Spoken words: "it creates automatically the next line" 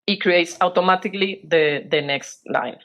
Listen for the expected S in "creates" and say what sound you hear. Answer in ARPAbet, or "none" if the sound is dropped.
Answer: S